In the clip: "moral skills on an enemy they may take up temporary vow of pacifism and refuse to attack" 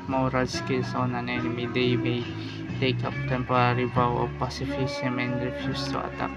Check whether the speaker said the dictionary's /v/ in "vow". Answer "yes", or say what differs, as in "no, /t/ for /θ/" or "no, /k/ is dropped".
no, /b/ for /v/